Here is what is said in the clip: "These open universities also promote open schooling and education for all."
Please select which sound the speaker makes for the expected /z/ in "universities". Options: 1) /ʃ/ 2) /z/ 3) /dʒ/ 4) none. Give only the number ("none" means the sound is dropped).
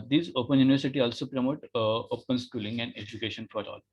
4